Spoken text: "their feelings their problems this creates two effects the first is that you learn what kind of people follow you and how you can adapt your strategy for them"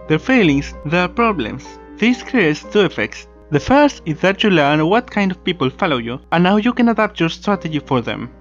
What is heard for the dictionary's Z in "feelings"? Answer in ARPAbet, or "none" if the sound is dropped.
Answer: S